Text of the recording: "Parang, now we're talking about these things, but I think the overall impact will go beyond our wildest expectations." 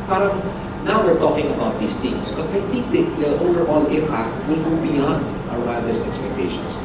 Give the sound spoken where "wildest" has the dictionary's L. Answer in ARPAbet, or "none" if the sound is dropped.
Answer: none